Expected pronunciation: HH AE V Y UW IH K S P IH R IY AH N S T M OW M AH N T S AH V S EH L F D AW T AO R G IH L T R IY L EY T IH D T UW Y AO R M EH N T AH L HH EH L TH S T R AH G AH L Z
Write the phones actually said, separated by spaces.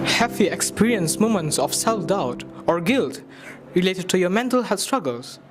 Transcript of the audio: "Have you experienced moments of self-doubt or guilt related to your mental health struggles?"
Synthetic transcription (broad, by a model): HH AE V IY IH K S P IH R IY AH N S M OW M AH N T S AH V S EH L F D AW T AO R G IH L T R IY L EY T IH D T UW Y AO M EH N T AH L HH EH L S T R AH G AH L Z